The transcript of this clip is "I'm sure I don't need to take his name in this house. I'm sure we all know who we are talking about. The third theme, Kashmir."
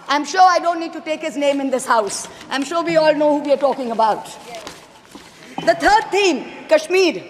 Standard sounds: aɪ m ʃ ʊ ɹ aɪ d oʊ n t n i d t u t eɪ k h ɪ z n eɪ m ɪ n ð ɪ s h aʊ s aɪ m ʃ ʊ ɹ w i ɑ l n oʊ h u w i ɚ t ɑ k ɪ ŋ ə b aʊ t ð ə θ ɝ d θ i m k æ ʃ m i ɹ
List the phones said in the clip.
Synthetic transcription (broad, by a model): aɪ m ʃ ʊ ɹ aɪ d oʊ n t n i d t u t eɪ k h ɪ z n eɪ m ɪ n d ɪ s h aʊ s aɪ m ʃ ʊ ɹ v i ɑ l n oʊ h u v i ɚ t ɑ k ɪ ŋ ə b aʊ t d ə t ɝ d t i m k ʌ ʃ m i ɹ